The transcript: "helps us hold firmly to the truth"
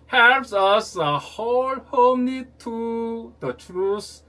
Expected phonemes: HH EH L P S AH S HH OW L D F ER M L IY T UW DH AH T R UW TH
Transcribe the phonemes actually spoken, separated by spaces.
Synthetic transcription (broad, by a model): HH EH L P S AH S HH OW L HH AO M N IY T UW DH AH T R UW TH